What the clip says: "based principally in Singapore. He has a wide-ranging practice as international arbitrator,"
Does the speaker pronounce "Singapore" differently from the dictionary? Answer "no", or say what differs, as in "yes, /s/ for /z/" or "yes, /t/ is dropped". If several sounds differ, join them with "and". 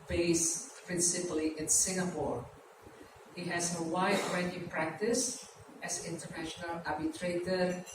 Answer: no